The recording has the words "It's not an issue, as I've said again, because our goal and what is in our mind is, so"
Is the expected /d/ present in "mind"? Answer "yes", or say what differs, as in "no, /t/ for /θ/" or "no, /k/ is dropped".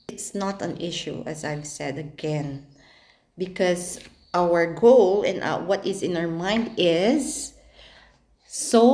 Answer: yes